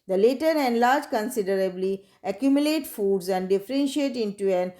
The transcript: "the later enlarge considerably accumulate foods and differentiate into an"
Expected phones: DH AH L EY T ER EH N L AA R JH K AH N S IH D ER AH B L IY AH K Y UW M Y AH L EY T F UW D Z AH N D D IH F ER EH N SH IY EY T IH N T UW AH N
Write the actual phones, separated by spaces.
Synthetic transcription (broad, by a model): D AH L EY T ER EH N L AA R JH K AH N S IH D ER AH B L IY AH K Y UW M Y AH L EY T F UW D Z AH N D D IH F ER EH N SH IY EY T IH N T UW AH N